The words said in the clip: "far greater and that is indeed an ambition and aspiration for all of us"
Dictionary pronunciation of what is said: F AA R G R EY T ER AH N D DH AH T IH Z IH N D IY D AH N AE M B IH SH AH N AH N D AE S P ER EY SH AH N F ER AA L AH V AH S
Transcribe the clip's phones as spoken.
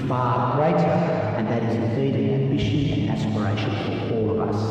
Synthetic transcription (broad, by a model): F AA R G R EY T ER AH N DH AH T IH Z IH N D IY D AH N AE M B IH SH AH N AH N AE S P ER EY SH AH N F ER AA L AH V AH S